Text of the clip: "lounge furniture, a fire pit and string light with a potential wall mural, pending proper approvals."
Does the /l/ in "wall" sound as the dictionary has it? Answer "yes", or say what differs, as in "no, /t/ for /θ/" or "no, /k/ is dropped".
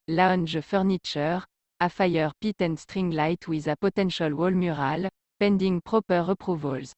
yes